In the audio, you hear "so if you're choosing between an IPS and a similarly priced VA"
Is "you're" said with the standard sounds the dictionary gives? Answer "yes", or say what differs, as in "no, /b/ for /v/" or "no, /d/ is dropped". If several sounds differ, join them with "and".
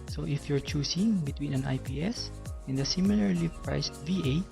yes